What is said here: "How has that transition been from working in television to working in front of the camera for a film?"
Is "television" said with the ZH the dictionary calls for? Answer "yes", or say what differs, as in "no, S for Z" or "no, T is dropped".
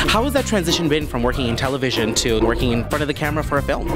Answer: yes